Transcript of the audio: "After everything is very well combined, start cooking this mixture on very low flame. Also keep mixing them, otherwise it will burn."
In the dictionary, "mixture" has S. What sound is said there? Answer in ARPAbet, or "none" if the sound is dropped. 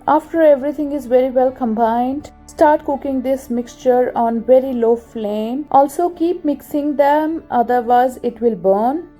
S